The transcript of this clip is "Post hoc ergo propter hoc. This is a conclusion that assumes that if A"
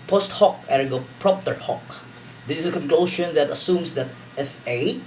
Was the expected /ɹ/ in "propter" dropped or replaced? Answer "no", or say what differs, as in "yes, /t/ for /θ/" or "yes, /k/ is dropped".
no